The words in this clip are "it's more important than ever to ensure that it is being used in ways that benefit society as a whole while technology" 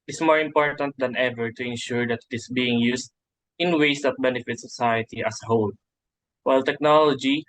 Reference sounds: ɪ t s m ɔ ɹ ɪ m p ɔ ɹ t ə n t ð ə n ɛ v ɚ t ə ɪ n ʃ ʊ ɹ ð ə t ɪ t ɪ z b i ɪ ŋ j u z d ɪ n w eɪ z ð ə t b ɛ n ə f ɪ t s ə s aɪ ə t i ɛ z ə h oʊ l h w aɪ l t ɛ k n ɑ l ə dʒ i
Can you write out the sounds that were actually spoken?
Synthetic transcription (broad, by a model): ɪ s m ɔ ɹ ɪ m p ɔ ɹ t ə n t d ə n ɛ v ɚ t ə ɪ n ʃ ʊ ɹ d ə t ɪ t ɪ s b i ɪ ŋ j u s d ɪ n w eɪ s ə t b ɛ n ə f ɪ t s ə s aɪ ə t i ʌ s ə h oʊ l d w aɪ l t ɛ k n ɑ l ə dʒ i